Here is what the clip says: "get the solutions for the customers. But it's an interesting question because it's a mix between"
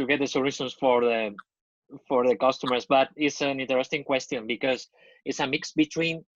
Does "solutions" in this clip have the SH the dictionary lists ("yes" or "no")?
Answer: no